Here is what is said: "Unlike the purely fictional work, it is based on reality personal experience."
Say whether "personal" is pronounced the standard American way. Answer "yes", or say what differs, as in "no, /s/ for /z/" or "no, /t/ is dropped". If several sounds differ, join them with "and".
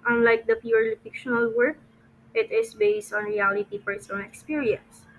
no, /f/ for /p/ and /n/ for /l/